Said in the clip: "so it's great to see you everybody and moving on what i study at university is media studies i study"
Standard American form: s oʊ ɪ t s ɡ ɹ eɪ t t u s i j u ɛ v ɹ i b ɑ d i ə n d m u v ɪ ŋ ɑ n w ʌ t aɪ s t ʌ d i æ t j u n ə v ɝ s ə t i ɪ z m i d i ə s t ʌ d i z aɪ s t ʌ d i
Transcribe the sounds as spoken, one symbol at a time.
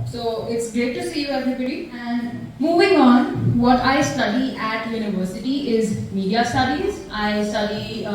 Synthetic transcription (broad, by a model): s oʊ ɪ t s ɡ eɪ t t u s i j u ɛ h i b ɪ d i ə n d m u v ɪ ŋ ɑ n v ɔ t aɪ s t ʌ d i æ t j u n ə v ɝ s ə t i ɪ z m i d i ə s t ʌ d i z aɪ s t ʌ d i